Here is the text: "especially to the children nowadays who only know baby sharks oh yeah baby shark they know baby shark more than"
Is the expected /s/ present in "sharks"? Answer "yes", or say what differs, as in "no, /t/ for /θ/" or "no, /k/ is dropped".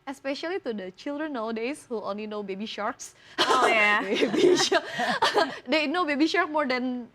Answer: yes